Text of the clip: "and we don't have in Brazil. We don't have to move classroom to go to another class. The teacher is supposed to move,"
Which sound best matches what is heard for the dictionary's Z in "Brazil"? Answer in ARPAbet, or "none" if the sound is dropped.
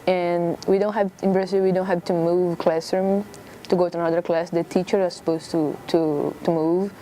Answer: S